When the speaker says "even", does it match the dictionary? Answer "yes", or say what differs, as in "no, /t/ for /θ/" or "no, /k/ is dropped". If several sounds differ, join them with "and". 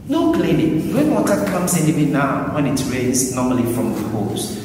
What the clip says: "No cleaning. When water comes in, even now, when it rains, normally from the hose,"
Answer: no, /w/ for /v/